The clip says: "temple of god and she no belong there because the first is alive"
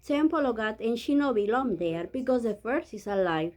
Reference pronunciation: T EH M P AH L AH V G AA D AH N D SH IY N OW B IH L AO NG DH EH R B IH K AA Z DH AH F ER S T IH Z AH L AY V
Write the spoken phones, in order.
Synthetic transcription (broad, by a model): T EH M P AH L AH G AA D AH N SH IY N OW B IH L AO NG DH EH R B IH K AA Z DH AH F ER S IH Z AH L AY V